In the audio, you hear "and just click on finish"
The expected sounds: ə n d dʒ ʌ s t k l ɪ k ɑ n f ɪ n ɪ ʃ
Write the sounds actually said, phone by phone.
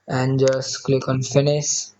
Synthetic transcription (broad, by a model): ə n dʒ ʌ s k l ɪ k ɑ n f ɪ n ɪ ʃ